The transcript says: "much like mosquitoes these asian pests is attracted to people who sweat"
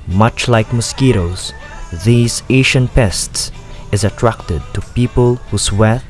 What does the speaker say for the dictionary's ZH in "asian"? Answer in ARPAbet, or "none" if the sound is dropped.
SH